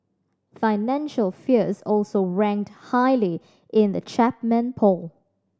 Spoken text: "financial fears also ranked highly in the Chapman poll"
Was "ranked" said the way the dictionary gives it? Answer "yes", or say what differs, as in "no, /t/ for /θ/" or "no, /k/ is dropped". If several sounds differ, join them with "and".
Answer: yes